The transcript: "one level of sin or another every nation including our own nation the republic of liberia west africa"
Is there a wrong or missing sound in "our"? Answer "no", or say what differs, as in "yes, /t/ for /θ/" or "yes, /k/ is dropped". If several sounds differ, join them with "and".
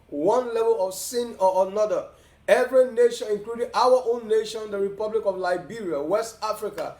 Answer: yes, /w/ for /ɹ/